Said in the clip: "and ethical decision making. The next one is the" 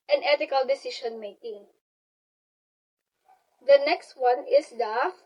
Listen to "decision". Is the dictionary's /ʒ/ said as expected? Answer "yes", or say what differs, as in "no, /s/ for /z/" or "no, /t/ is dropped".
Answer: no, /ʃ/ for /ʒ/